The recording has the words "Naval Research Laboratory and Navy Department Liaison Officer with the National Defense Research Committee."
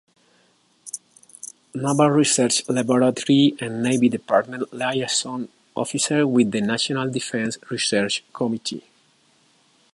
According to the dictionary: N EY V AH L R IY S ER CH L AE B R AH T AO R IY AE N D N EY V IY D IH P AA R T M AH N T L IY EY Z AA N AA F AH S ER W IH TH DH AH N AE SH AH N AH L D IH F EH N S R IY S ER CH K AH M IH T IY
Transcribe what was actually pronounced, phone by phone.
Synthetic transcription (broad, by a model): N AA B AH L R IY S ER CH L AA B R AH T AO R IY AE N N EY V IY D IH P AA R T M AH N T L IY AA S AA N AA F AH S ER W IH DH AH N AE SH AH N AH L D IH F EH N S R IY S ER CH K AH M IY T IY